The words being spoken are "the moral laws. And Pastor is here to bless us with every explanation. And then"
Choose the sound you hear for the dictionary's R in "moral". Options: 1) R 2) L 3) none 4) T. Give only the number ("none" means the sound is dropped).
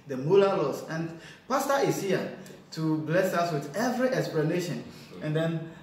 2